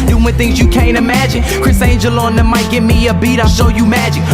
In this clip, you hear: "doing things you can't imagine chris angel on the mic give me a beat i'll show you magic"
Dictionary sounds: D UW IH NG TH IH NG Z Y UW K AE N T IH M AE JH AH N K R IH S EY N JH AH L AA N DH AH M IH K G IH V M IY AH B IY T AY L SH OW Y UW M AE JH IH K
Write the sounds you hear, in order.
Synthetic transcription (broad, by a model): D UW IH TH IH NG Z Y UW K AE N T IH M AE JH AH N K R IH S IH N JH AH L AA N DH AH M IH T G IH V M IY AH B IY T AY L SH OW Y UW M AE JH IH K